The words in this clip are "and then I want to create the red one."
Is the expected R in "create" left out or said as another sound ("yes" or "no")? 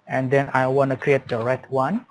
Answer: no